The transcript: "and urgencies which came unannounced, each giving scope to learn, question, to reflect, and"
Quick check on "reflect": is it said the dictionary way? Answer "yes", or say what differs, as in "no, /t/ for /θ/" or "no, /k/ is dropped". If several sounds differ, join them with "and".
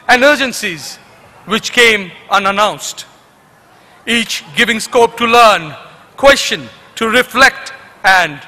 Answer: yes